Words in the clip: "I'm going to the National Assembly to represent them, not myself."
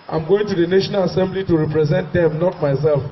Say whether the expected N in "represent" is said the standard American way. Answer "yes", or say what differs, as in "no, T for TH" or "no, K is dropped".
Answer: yes